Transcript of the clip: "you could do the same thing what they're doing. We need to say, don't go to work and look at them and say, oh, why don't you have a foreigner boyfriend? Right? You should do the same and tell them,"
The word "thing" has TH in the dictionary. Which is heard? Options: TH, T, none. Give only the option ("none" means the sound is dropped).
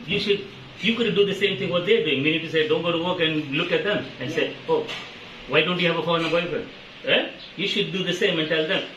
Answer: T